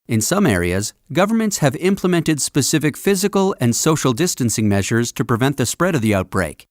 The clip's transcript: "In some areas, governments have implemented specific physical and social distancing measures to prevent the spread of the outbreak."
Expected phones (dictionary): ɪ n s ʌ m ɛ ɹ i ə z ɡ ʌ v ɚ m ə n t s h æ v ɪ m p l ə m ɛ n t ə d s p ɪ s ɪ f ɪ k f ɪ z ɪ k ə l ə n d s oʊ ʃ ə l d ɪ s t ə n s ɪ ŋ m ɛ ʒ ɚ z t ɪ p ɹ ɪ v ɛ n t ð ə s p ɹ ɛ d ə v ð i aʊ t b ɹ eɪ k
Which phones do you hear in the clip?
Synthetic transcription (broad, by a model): ɪ n s ʌ m ɛ ɹ i ə z ɡ ʌ v ɚ m ə n t s h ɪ v ɪ m p l ə m ɛ n t ə d s p ɪ s ɪ f ɪ k f ɪ z ɪ k ə l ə n s oʊ ʃ l d ɪ s t ə n s ɪ ŋ m ɛ ʒ ɚ z t ɪ p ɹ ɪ v ɛ n ð ə s p ɹ ɛ d ə v ð i aʊ t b ɹ eɪ k